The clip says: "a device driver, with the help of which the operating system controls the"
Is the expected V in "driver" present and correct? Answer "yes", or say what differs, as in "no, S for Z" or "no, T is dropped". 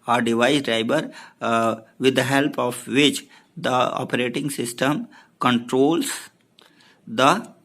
no, B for V